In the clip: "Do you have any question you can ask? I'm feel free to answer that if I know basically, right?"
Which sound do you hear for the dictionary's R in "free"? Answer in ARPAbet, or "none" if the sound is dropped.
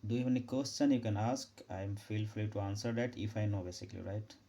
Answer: L